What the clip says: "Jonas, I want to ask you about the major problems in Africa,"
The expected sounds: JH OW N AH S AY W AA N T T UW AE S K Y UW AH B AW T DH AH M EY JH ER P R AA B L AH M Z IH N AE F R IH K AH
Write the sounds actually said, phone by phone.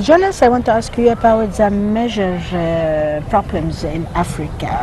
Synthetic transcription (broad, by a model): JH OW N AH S AY W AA N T T UW AE S K Y UW AH B AW T DH AH M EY ZH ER P R AA B L AH M Z IH N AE F R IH K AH